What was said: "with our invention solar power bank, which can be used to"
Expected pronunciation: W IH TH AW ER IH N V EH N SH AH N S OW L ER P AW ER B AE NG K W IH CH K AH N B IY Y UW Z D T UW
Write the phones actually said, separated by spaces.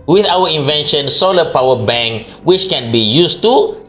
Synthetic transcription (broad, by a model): W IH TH AW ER IH N V EH N SH AH N S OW L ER P AW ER B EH NG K W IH CH K AH N B IY Y UW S T UW